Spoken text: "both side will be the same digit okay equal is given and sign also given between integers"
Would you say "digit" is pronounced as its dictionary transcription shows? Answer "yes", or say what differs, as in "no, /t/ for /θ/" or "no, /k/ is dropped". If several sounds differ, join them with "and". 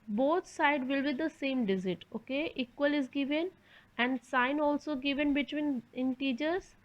no, /z/ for /dʒ/